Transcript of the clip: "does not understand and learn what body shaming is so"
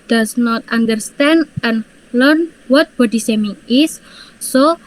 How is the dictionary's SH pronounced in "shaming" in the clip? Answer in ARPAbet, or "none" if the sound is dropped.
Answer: S